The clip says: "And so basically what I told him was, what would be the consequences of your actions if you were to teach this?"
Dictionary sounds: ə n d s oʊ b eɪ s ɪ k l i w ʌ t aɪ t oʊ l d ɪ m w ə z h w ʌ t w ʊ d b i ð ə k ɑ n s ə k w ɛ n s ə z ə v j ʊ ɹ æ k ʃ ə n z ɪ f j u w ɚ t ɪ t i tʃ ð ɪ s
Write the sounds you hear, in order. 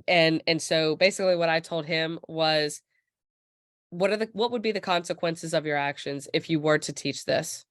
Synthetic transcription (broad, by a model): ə n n s oʊ b eɪ s ɪ k l i w ʌ t aɪ t oʊ l d ɪ m w ə z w w ʌ t w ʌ d b i ð ə k ɑ n s ə k w ɛ n s ə z ə v j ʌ ɹ æ k ʃ ə n z ɪ f j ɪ w ɚ t ɪ t i tʃ ð ɪ s